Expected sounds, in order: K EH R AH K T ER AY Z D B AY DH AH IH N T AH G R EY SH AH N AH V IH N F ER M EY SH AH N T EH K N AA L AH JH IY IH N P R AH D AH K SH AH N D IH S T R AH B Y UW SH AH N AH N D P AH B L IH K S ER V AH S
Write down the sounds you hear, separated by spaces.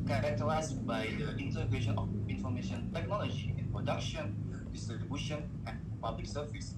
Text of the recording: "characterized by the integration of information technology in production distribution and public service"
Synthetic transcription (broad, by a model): K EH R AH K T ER AY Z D B AY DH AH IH N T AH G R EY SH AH N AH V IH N F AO M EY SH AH N T EH K N AA L AH JH IY IH N P R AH D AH K SH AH N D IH S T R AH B Y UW SH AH N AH N P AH B L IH K S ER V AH S